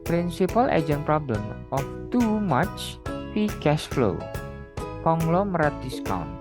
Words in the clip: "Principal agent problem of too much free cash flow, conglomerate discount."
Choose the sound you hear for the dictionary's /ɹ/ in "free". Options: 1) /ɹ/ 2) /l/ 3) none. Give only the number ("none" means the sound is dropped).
3